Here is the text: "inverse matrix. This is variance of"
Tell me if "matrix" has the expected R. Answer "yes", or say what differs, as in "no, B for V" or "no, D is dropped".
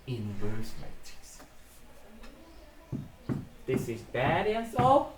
no, R is dropped